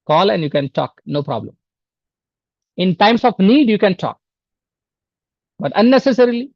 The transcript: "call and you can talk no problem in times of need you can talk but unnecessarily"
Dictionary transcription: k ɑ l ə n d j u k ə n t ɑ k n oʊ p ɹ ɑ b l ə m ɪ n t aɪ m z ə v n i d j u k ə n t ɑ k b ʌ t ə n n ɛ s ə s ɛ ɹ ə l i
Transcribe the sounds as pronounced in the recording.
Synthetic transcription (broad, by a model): k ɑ l ə n d j u k ə n t ɑ k n oʊ p ɹ ɑ b l ə m ɪ n t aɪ m s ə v n i d j u k ə n t ɑ k b ʌ t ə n n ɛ s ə s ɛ ɹ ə l i